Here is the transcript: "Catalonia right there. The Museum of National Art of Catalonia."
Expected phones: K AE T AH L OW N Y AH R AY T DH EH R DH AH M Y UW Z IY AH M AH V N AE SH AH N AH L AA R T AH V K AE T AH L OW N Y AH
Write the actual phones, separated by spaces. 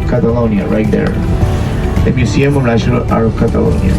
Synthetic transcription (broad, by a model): K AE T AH L OW N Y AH R AY T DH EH R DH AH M Y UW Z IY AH M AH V N AE SH AH N AH L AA R AH V K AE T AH L OW N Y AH